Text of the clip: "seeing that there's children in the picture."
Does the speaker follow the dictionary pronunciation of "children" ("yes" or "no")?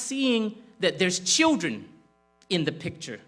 yes